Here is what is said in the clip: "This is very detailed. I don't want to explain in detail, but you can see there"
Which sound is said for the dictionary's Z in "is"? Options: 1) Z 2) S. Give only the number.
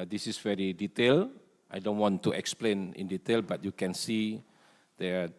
2